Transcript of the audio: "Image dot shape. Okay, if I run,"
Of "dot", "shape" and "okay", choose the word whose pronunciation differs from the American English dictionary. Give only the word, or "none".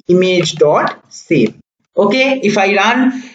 shape